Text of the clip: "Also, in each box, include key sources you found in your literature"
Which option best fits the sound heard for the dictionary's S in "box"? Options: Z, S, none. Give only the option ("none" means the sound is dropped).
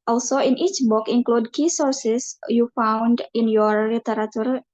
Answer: none